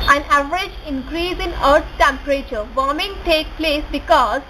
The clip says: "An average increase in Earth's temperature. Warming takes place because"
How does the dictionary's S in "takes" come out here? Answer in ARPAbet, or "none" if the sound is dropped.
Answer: none